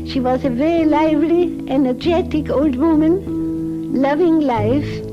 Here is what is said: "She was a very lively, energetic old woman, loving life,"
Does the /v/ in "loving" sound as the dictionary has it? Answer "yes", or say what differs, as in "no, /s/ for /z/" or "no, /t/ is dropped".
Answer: yes